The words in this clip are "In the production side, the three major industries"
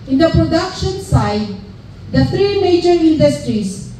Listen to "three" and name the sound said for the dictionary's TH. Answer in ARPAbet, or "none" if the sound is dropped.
T